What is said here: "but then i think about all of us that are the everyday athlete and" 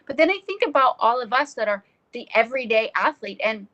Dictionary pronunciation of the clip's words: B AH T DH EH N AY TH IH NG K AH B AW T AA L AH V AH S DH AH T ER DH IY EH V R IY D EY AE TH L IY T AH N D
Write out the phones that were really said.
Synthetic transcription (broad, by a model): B AH T DH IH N AY TH IH NG K AH B AW T AA L AH V AH S DH AH T ER DH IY EH V R IY D EY AE TH L IY T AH N